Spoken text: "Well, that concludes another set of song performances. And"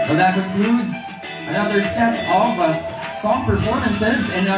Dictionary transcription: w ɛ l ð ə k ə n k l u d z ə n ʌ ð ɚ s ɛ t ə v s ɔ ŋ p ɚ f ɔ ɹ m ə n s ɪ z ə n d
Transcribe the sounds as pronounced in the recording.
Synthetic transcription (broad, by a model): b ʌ ð ə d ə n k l u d z ə n ʌ ð ɚ s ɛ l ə v s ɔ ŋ p ɚ f ɔ ɹ m ə n s ɪ z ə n